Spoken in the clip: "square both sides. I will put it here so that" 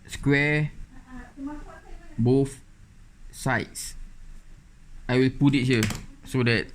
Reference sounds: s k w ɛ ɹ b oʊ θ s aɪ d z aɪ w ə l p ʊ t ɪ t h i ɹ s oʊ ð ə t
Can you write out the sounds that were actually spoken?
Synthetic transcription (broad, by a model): s k w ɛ b oʊ f s aɪ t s aɪ w ə l p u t ɪ t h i s oʊ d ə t